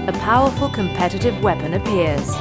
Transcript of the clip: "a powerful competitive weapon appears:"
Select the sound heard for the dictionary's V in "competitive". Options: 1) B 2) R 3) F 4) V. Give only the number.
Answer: 4